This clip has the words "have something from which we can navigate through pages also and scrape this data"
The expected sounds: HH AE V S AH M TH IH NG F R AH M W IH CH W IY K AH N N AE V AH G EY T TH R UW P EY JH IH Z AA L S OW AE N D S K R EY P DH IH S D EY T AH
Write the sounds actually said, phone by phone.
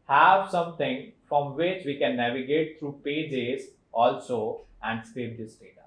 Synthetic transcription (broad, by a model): HH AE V S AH M T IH NG F R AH M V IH CH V IY K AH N N AE V AH G EY T T R UW P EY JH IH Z AA L S OW AE N D S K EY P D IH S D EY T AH